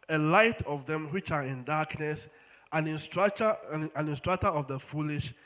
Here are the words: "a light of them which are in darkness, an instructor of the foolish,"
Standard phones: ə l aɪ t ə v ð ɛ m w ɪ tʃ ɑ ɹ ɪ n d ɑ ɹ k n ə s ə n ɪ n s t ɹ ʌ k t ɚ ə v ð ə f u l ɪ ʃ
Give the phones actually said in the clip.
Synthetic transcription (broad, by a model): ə l aɪ t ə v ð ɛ m w ɪ tʃ ɑ ɹ ɪ n d ɑ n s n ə s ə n ɪ n s t ɹ ʌ k t ɚ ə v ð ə f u l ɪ ʃ